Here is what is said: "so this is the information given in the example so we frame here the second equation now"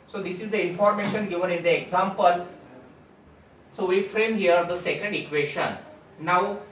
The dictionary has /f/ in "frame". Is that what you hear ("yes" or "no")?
yes